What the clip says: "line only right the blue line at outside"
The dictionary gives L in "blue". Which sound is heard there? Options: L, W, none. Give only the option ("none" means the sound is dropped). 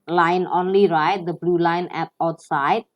L